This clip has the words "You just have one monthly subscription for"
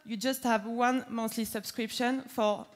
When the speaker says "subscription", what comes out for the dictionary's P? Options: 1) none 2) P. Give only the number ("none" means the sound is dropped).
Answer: 2